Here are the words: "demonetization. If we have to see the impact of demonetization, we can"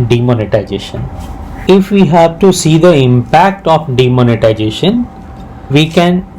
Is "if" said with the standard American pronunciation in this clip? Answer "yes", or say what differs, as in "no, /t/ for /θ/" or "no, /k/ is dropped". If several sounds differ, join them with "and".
yes